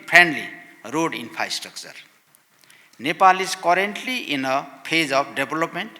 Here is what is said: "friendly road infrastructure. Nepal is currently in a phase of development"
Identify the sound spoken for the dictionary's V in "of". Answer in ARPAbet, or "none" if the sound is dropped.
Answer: P